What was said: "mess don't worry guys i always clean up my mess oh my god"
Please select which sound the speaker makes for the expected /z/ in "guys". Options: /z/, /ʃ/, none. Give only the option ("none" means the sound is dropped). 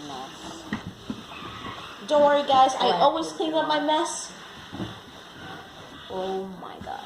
/z/